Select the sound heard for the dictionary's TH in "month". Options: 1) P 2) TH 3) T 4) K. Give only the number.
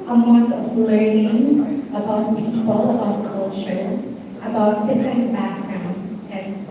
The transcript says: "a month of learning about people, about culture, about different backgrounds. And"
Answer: 3